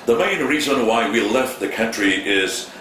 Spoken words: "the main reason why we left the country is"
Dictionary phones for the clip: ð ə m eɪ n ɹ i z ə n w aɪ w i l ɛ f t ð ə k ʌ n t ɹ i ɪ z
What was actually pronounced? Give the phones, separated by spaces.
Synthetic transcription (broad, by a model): ð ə m eɪ n ɹ i z ə n w aɪ w i l ɛ f t ð ə k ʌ n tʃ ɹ i ɪ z